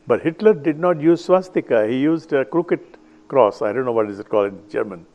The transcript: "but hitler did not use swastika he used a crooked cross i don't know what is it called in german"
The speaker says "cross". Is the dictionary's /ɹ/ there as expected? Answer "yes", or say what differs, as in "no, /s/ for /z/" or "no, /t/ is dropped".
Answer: yes